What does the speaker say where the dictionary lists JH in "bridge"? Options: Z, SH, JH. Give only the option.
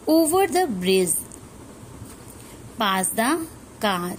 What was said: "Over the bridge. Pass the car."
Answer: Z